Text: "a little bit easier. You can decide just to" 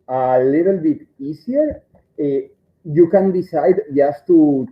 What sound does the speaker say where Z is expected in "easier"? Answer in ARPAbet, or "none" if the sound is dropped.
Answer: S